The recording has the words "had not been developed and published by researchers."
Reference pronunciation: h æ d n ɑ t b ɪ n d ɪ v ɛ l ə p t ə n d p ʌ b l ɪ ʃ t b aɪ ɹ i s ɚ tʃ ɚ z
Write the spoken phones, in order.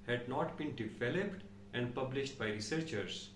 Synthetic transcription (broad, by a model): h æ d n ɑ t b ɪ n d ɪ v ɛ l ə p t ə n d p ʌ b l ɪ ʃ t b aɪ ɹ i s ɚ tʃ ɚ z